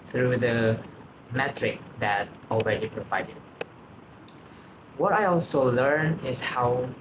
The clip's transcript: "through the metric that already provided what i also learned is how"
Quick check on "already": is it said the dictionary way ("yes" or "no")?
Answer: yes